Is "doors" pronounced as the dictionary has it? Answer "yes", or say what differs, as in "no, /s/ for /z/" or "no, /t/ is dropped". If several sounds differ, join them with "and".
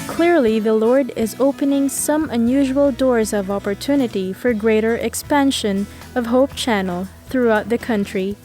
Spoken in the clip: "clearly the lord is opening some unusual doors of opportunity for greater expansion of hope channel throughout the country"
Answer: yes